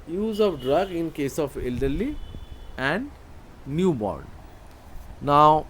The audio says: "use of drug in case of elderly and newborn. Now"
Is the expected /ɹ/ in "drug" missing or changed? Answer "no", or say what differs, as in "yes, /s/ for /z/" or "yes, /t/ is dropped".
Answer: no